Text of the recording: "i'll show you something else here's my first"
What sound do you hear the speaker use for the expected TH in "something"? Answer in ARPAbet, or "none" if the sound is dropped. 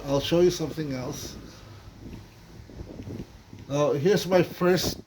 TH